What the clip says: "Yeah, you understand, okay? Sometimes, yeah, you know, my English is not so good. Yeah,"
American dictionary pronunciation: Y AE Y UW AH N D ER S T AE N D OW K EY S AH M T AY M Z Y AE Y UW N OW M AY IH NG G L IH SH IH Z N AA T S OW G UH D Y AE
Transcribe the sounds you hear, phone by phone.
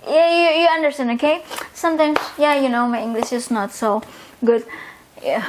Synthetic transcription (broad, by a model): Y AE Y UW AH N D ER S T AE N D OW K EY S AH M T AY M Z Y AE Y UW N OW M AY IH NG G L IH SH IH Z N AA T S OW G UH D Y